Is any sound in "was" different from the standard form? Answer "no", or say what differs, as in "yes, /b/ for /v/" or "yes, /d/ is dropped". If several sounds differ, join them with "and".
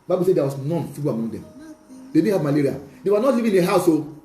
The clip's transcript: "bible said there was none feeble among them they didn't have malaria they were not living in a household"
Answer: yes, /s/ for /z/